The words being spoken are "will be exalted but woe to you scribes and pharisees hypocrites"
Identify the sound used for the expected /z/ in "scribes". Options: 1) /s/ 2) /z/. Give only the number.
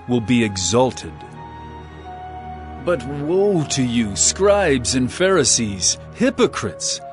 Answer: 2